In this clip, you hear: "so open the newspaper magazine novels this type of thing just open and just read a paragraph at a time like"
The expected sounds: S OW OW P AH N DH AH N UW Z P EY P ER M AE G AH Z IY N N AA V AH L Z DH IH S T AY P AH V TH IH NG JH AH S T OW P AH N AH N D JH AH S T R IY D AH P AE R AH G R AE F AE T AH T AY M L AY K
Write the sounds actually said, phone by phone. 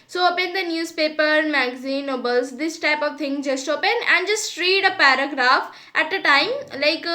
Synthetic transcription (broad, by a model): S OW OW P AH N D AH N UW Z P EY P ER M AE G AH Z IY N N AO B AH L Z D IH S T AY P AH V T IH NG JH AH S T OW P AH N AH N D JH AH S T R IY D AH P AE R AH G R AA F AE T AH T AY M L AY K